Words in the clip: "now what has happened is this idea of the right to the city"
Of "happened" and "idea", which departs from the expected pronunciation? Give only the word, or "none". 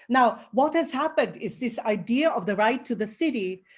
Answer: none